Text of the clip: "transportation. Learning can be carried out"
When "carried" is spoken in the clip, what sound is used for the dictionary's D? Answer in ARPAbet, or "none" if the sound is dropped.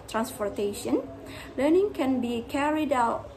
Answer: D